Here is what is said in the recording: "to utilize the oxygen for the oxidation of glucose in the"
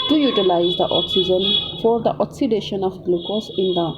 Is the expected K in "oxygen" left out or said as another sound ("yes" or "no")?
no